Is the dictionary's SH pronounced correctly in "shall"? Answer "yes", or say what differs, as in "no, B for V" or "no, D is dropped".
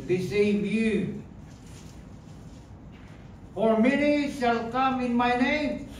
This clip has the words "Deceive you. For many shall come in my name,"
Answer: no, S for SH